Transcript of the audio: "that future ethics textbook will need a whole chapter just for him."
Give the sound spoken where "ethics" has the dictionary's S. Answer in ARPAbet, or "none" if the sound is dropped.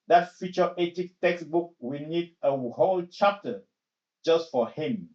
none